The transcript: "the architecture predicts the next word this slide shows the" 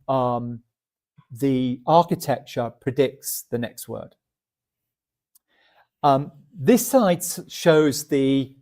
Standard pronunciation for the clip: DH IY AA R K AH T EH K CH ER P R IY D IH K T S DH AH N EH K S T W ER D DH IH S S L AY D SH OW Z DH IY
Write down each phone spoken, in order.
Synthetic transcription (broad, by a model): DH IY AA K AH T EH K CH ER P R IY D IH K T S DH AH N EH K S T W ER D DH IH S S AY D SH OW Z DH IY